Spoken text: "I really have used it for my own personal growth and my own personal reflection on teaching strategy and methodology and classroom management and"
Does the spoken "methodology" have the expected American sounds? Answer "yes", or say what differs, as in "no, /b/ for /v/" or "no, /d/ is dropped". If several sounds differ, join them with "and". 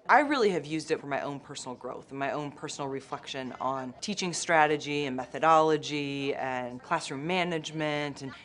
yes